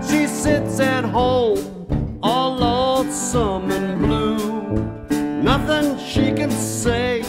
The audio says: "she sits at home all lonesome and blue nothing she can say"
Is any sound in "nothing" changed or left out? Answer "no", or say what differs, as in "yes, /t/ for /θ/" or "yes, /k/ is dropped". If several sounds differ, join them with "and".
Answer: no